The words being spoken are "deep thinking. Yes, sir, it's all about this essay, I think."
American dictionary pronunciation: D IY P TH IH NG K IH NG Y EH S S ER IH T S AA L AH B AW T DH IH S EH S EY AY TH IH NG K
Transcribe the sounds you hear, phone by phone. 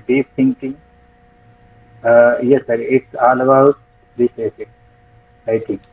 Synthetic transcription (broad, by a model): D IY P T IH NG K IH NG Y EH S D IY IH T S AA L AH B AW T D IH S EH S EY AY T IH NG K